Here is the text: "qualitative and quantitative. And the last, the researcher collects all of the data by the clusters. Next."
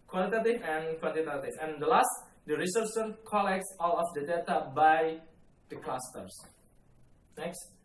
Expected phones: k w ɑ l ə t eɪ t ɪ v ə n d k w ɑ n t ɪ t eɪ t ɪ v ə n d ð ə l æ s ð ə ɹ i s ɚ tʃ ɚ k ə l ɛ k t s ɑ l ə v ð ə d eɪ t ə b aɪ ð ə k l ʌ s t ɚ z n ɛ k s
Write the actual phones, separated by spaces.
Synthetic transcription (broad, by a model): k w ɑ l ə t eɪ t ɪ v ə n k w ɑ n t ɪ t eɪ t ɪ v ə n d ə l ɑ s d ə ɹ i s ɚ s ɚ k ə l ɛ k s ɑ l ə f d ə d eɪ t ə b aɪ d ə k l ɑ s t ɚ s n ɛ k s